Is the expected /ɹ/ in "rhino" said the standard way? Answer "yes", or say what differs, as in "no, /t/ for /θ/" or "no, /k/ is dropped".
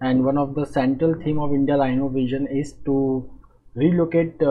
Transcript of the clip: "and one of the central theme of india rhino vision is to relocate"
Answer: no, /l/ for /ɹ/